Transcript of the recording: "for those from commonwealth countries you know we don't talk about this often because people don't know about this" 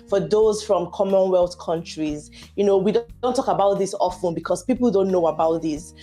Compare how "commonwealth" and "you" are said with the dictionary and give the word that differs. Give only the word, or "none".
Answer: none